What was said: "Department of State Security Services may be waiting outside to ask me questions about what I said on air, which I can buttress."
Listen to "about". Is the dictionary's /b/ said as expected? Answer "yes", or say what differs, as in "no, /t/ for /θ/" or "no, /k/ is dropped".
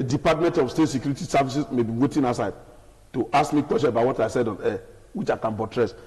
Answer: no, /b/ is dropped